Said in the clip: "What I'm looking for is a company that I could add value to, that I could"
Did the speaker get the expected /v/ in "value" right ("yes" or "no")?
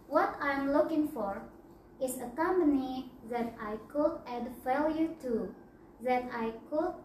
no